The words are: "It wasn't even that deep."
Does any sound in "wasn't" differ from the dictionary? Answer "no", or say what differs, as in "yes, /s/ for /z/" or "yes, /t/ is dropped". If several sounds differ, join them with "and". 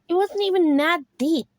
no